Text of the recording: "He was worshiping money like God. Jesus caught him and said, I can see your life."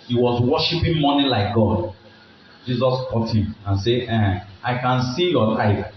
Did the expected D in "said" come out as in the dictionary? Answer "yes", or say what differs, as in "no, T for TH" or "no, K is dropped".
no, D is dropped